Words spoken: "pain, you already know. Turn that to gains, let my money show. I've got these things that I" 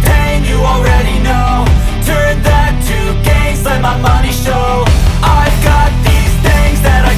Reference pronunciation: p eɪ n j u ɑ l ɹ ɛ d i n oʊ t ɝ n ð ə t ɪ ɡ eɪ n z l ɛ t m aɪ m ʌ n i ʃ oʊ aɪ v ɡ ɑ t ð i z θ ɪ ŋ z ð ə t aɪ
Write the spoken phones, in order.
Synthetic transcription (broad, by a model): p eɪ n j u ɑ l ɹ ɛ d i n oʊ t ɝ n ð ə t ɪ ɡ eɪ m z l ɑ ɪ m aɪ m ʌ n i ʃ oʊ aɪ v ɡ ɑ t ð i z θ ɪ ŋ z ð ə t aɪ